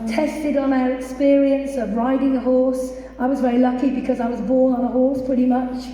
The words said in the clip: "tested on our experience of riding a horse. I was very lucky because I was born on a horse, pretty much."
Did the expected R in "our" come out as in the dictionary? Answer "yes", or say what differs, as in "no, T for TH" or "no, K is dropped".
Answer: yes